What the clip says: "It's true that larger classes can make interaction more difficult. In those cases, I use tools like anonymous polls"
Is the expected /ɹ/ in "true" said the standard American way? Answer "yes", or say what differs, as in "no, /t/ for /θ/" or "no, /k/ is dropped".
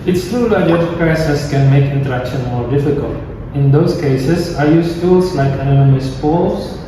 no, /ɹ/ is dropped